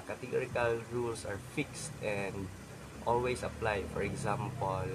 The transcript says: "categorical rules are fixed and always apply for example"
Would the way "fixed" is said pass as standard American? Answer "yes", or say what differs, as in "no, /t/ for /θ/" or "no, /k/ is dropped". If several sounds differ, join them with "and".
yes